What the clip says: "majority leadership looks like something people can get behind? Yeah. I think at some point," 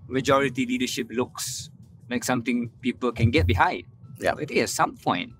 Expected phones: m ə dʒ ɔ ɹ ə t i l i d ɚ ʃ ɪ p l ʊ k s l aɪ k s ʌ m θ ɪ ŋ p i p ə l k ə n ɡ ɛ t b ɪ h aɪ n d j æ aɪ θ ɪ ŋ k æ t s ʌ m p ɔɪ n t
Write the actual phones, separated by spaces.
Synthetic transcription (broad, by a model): m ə dʒ ɔ ɹ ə t i l i d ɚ ʃ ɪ p l ʊ k s l aɪ k s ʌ m t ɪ ŋ p i p ə l k ə n ɡ ɛ t b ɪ h aɪ d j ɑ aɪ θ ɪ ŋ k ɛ t s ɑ m p ɔɪ n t